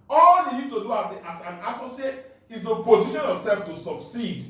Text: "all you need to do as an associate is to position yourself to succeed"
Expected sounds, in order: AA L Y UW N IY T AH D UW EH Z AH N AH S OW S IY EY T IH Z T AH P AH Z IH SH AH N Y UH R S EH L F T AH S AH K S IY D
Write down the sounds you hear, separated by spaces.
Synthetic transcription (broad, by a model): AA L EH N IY T AH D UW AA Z AH N AH S OW S IY EY T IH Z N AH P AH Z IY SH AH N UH L S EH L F T AH S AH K S IY D